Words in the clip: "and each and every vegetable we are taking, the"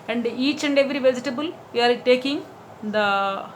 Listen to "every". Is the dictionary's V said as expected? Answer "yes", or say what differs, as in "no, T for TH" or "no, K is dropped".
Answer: yes